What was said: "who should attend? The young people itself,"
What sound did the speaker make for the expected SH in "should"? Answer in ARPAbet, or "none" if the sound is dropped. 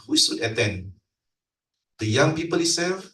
S